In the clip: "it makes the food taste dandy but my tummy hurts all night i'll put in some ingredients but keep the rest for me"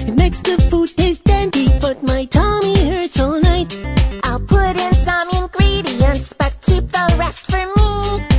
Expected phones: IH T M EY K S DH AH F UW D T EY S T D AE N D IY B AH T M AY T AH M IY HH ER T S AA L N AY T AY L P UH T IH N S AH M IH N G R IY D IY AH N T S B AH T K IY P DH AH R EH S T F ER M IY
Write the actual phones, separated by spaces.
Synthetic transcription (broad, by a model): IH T M EY K S DH AH F UW D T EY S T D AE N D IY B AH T M AY T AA M IY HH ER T IH L N AY T AY L P UH T IH N S AH M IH N G R IY D IY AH N S B AH T K IY P DH AH R EH S T F ER M IY